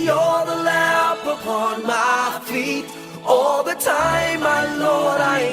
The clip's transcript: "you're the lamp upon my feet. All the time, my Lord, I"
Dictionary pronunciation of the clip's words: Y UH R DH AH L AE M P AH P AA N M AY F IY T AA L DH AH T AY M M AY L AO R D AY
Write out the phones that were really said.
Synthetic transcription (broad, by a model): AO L DH AH L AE P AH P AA N M AY F IY T AA L DH AH T AY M M AY L AO R D AY